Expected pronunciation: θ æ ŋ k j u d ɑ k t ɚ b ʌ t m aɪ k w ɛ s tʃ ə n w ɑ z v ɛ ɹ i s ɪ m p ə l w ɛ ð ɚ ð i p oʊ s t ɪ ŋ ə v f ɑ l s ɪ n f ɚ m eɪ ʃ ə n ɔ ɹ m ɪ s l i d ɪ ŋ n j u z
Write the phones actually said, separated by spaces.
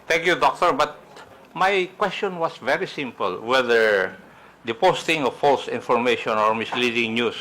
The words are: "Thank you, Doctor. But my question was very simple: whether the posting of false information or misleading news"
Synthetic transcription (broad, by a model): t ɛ ŋ k j u d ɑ k t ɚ b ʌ t m aɪ k w ɛ s tʃ ə n w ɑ s v ɛ ɹ i s ɪ m p ə l w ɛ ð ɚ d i p oʊ s t ɪ ŋ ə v f ɑ l s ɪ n f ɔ m eɪ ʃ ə n ɔ ɹ m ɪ s l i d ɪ ŋ n j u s